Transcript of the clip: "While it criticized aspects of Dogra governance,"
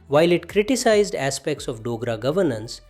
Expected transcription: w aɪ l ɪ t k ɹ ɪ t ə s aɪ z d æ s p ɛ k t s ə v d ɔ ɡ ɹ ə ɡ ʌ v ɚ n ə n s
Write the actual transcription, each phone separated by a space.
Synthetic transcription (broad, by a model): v aɪ l ɪ t k ɹ ɪ t ə s aɪ z d æ s p ɛ k t s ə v d ɔ ɡ ɹ ə ɡ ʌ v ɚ n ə n s